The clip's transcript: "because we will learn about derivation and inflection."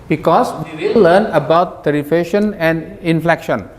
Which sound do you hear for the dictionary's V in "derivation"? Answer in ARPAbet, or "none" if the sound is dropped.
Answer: F